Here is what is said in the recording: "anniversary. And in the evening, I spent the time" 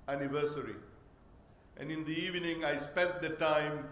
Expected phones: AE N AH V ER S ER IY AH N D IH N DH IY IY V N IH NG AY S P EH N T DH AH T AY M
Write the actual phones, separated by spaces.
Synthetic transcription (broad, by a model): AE N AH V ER S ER IY AH N D IH N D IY IY V N IH NG AY S P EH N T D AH T AY M